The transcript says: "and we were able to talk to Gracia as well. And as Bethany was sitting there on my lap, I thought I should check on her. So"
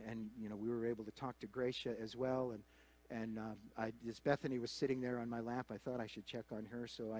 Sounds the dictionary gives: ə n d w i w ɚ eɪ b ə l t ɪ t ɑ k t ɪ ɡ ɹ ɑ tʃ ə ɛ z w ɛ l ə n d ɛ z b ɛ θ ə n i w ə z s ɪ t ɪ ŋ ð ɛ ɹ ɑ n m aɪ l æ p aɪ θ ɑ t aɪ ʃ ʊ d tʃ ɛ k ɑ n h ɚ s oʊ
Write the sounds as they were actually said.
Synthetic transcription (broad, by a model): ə n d w i w ɚ eɪ b l t ɪ t ɑ k t ɪ ɡ ɹ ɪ ʃ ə z w ɛ l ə n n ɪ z b ɛ θ ə n i w ə z s ɪ t ɪ ŋ ð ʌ ɹ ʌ n m aɪ l æ p aɪ θ ɑ t aɪ ʃ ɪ d tʃ ɛ k n ɚ s oʊ